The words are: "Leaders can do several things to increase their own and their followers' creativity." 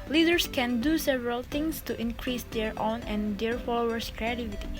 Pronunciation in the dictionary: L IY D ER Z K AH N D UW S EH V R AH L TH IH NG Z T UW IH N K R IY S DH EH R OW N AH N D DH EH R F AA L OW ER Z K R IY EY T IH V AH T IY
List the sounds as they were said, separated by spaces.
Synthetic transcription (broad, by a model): L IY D ER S K AH N D UW S EH V R AH L T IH NG S T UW IH N K R IY S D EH R OW N AH N D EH R F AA L OW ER S K R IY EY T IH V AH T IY